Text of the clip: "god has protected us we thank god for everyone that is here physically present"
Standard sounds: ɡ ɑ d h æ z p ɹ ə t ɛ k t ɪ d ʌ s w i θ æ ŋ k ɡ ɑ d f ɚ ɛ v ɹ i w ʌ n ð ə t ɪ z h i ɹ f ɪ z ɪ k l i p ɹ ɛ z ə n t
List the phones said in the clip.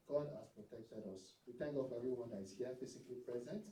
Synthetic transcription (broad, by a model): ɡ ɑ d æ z p ɹ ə t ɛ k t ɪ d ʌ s w i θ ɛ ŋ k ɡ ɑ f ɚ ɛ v ɹ i w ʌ n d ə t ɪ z h i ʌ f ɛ s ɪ k l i p ɹ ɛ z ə n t